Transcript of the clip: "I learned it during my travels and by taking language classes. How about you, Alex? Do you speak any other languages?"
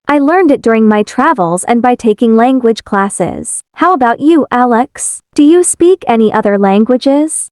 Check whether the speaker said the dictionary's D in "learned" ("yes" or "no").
yes